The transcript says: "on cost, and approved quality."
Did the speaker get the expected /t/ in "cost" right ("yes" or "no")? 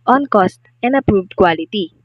yes